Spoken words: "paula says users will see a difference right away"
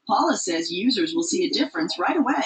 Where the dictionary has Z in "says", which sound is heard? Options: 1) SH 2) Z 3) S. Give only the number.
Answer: 2